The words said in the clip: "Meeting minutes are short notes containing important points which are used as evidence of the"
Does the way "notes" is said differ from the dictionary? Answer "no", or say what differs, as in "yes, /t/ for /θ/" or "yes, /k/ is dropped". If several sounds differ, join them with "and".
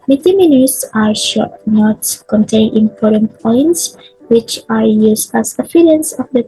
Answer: yes, /s/ is dropped